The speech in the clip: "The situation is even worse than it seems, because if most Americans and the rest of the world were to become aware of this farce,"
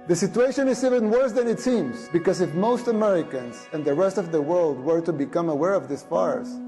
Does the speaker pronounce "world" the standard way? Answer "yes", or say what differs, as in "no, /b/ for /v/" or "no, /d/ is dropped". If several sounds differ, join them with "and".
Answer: yes